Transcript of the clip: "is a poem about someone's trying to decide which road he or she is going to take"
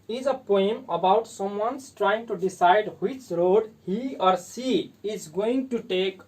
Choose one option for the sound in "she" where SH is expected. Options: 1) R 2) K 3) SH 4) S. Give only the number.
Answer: 4